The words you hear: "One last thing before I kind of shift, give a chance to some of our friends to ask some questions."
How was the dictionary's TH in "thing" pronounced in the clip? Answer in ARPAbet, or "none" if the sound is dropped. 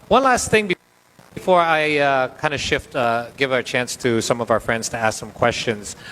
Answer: TH